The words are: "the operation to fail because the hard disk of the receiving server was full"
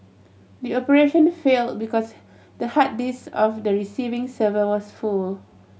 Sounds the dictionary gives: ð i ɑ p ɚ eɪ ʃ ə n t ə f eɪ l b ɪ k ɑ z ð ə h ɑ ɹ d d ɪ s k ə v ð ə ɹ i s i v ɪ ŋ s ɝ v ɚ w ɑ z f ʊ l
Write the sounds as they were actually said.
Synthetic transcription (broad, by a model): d i ɑ p ɚ eɪ ʃ ə n f eɪ l b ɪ k ɑ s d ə h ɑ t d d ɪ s ə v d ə ɹ i s i v ɪ ŋ s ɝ v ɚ w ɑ s f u l